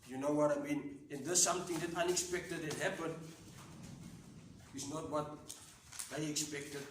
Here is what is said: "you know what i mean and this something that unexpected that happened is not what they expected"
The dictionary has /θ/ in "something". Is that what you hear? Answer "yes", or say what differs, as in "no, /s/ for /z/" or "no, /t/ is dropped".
no, /t/ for /θ/